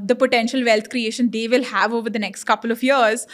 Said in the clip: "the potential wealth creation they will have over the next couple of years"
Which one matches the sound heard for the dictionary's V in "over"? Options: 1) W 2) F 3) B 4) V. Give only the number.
4